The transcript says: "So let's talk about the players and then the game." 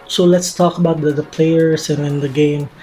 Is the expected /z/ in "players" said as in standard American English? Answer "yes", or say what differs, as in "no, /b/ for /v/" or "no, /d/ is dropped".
no, /s/ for /z/